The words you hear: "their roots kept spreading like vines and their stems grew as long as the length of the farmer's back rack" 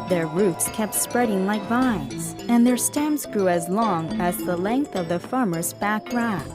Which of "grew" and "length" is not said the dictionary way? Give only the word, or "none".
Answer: none